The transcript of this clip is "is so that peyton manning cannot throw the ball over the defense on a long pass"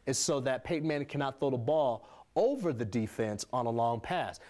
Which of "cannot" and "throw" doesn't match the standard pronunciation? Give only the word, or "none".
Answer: throw